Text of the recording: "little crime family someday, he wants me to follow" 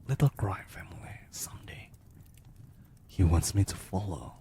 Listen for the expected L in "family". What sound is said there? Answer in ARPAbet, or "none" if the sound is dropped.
W